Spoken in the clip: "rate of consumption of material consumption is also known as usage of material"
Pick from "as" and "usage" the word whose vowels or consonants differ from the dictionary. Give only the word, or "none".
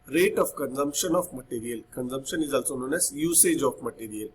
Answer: as